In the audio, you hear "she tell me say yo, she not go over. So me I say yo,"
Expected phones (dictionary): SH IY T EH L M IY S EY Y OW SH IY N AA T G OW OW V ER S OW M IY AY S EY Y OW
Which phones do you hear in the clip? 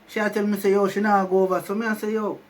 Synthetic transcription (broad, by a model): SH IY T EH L M IY S EY Y OW SH IY N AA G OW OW B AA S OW M IY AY S EY Y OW